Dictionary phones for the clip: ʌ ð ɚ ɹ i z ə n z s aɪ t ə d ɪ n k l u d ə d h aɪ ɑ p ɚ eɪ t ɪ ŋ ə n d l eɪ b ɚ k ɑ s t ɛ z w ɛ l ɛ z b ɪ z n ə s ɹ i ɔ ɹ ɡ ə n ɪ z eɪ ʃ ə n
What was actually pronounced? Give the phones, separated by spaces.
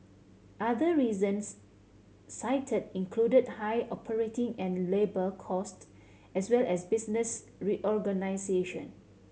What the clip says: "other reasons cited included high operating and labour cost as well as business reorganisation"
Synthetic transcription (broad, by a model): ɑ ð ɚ ɹ i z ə n s aɪ t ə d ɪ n k l u d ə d h aɪ ɑ p ɚ eɪ t ɪ ŋ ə n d l eɪ b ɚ k ɑ s t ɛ s w ɛ l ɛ s b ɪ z n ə s ɹ i ɔ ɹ ɡ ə n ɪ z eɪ ʃ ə n